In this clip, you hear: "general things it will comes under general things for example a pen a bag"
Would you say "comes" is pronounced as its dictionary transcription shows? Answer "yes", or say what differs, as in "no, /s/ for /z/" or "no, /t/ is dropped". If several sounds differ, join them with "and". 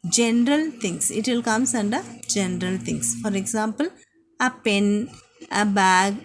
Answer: no, /s/ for /z/